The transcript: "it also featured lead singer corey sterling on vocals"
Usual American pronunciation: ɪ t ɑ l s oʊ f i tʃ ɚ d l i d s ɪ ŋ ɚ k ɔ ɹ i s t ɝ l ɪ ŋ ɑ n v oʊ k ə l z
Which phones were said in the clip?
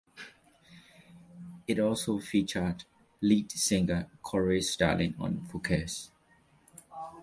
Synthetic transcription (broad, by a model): ɪ t ɑ l s oʊ f i tʃ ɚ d l i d s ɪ ŋ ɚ k ɔ ɹ i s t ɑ l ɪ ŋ ɑ n f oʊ k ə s